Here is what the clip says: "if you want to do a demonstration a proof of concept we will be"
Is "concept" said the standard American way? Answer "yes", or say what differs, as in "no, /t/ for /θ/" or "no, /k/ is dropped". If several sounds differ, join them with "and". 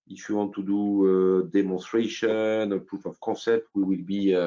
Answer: no, /n/ is dropped